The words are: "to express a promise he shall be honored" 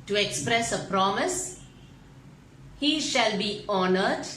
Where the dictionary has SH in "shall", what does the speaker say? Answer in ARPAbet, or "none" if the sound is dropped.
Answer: SH